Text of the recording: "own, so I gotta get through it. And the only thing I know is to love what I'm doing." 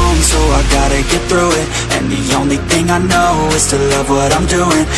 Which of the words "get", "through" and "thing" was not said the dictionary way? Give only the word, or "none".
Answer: none